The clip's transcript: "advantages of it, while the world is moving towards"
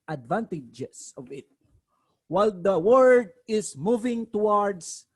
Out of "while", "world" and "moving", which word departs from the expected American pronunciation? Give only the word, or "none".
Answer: world